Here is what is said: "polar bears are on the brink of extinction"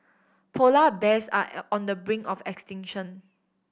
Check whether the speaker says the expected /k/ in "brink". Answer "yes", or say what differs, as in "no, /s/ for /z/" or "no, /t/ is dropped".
no, /k/ is dropped